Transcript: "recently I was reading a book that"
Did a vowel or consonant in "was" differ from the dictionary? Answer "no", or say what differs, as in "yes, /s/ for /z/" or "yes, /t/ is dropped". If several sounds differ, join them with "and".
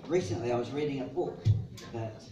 no